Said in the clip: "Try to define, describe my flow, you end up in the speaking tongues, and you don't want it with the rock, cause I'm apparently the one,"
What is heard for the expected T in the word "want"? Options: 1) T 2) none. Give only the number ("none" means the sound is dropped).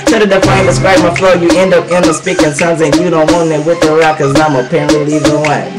2